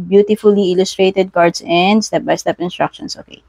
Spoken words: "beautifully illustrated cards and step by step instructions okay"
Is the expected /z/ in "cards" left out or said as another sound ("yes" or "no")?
yes